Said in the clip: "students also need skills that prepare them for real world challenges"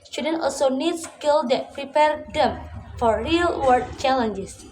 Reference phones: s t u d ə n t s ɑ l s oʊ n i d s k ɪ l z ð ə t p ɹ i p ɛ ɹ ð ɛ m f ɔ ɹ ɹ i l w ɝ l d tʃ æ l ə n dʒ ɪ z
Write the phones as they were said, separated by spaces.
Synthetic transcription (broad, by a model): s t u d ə n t ɑ l s oʊ n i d s k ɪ l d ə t p ɹ i p ɛ ɹ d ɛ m f ɔ ɹ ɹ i l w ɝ d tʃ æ l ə n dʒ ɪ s